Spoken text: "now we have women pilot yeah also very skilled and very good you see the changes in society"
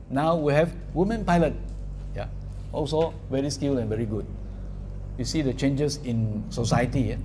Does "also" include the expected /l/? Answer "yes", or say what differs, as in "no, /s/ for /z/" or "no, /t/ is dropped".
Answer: yes